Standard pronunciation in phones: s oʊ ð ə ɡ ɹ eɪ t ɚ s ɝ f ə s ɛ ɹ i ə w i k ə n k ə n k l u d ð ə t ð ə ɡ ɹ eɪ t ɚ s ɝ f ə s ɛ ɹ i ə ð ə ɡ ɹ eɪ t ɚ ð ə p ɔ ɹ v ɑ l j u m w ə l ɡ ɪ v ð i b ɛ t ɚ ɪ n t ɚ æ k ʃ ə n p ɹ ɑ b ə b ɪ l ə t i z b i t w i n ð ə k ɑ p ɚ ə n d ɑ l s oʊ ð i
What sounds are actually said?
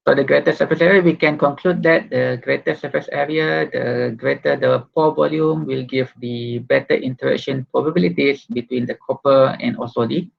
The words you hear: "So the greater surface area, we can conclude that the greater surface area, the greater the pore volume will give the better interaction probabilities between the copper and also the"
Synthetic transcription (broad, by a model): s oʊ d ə ɡ ɹ eɪ t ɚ s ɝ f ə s ɛ ɹ i ə w i k ə n k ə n k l u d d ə t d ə ɡ ɹ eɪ t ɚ s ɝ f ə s ɛ ɹ i ə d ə ɡ ɹ eɪ t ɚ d ə p ɔ v ɑ l j u m w ə l ɡ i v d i b ɛ t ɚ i n t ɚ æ k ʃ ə n p ɹ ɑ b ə b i l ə t i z b i t w i n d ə k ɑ p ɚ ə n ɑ s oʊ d i